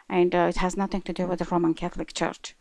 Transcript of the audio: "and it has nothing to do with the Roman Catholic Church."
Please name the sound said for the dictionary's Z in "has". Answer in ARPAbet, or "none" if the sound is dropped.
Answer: Z